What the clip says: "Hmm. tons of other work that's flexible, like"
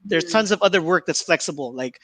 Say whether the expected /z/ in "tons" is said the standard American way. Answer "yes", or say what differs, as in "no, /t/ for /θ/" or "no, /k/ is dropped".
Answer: yes